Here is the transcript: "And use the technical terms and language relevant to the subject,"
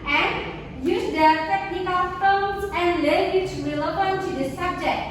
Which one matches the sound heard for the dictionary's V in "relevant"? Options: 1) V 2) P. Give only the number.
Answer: 2